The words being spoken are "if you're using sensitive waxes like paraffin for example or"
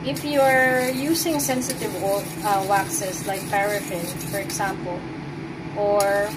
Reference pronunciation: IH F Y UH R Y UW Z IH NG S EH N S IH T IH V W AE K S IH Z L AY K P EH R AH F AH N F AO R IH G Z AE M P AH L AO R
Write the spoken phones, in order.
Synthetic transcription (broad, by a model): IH F Y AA R Y UW S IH NG S EH N S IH T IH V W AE K S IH S L AY K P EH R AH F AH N F AO R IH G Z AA M P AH L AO R